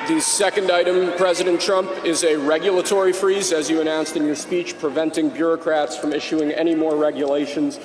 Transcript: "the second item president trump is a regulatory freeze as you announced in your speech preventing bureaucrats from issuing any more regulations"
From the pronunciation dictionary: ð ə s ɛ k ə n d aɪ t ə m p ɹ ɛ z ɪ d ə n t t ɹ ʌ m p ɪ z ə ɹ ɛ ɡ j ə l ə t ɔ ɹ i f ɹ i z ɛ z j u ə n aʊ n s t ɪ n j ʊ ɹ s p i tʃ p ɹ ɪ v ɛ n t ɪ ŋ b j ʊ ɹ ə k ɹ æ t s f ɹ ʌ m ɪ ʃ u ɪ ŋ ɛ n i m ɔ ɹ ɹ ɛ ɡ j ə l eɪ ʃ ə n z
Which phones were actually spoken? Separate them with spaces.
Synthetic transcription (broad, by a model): ð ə s ɛ k ə n d aɪ t ə m p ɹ ɛ z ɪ d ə n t t ɹ ʌ m p ɪ z ə ɹ ɛ ɡ j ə l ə t ɔ ɹ i f ɹ i z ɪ z j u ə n aʊ n s t ɪ n j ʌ ɹ s p i tʃ p ɹ ɪ v ɛ n t ɪ ŋ b j ʊ ɹ ə k ɹ æ t s f ɹ ʌ m ɪ ʃ u ɪ ŋ ɛ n i m ɔ ɹ ɹ ɛ ɡ j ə l eɪ ʃ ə n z